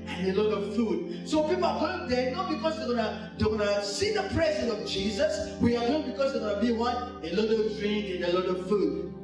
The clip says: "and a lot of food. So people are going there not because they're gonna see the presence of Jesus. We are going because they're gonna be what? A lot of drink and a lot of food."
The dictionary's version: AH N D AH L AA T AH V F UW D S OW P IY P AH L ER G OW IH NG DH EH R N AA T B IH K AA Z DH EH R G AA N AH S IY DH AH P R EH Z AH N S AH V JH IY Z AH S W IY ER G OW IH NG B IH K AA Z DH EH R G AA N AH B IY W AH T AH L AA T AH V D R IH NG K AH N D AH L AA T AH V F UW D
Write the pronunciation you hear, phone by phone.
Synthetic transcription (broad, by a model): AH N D AH L AA T AH V F UW D S OW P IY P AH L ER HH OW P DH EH N AA T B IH K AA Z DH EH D G AA N AH S IY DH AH P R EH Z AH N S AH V JH IY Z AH S W IY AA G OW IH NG B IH K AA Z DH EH G AA N AH B IY W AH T AH L AA T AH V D R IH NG AH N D AH L AA T AH V F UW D